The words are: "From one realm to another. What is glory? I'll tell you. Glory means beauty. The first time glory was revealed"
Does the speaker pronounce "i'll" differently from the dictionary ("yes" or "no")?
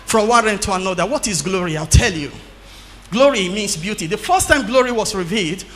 no